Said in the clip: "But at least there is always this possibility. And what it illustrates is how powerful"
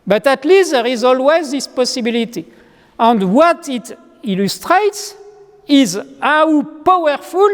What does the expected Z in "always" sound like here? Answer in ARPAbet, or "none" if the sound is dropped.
Z